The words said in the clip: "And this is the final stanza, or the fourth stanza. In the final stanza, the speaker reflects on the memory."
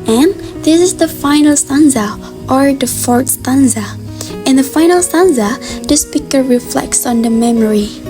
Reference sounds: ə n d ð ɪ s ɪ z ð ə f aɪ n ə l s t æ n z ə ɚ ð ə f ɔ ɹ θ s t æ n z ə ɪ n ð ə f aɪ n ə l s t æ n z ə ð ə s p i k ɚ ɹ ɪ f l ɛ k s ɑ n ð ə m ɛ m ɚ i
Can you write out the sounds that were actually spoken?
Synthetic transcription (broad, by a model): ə n ð ɪ s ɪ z ð ə f aɪ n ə l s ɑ n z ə ɚ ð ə f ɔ ɹ t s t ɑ n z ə ɪ n ð ə f aɪ n ə l s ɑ n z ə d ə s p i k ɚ ɹ ɪ f l ɛ k s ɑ n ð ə m ɛ m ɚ i